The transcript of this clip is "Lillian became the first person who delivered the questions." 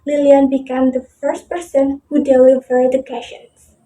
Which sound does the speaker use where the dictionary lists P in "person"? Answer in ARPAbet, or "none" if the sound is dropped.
P